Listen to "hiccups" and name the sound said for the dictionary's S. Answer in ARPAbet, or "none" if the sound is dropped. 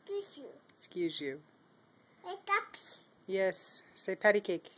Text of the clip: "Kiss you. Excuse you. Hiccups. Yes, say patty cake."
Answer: none